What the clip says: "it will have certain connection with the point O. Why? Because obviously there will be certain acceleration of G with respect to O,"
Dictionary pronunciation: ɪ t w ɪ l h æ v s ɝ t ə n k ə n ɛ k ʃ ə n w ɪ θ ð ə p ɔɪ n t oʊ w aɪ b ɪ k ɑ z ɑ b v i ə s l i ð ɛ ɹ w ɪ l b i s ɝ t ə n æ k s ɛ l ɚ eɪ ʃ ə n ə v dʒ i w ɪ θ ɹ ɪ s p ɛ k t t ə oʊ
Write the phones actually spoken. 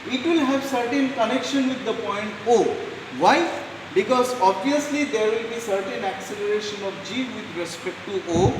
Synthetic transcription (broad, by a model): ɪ t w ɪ l h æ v s ɝ t ə n k ə n ɛ k ʃ ə n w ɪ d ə p ɔɪ n t oʊ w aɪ b ɪ k ɑ z ɑ b v i ə s l i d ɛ ɹ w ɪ l b i s ɝ t ə n æ k s ɛ l ɚ eɪ ʃ ə n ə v dʒ i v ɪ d ɹ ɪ s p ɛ k t t oʊ